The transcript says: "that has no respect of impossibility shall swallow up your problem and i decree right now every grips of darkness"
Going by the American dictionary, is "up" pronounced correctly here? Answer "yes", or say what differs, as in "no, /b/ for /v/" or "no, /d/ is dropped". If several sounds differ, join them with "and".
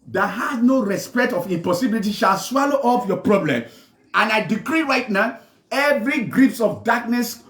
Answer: no, /f/ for /p/